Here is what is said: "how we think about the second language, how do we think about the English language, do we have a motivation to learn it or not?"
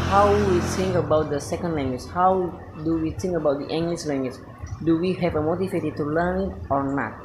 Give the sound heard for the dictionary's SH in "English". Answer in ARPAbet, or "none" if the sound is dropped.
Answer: S